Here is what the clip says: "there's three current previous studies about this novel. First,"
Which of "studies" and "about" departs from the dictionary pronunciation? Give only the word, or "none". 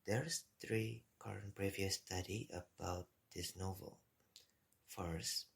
studies